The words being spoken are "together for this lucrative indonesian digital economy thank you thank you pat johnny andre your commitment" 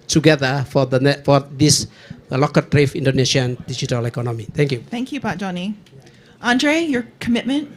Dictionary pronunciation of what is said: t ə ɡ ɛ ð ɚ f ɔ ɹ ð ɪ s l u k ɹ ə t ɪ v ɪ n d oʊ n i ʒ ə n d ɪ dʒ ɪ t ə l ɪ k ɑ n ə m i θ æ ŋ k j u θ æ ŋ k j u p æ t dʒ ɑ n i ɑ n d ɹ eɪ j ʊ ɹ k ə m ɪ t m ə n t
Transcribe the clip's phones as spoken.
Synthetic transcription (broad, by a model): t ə ɡ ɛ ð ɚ f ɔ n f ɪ s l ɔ k ə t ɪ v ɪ n d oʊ n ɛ ʃ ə n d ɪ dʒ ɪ t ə l ɪ k ɑ n ə m i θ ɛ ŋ k j u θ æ ŋ k j u b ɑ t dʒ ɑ n i ɑ n d ɹ eɪ j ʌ ɹ k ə m ɪ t m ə n t